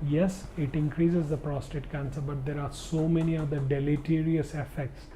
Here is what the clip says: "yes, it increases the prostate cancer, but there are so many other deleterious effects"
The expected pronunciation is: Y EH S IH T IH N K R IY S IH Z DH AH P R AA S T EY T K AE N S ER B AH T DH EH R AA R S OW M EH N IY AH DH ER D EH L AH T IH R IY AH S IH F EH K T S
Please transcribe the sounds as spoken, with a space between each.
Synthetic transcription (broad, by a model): Y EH S IH T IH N K R IY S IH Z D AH P R AA S T EY T K AE N S ER B AH T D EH R AA R S OW M EH N IY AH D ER D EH L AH T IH R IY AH S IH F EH K T S